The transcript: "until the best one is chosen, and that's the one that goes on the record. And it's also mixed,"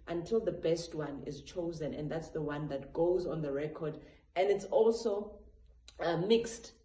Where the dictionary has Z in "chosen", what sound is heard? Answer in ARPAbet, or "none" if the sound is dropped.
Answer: Z